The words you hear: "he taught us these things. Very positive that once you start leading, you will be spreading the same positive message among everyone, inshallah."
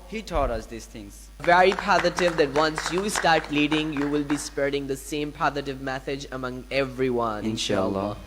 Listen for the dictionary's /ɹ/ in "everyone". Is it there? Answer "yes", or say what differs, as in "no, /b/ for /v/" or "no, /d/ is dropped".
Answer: yes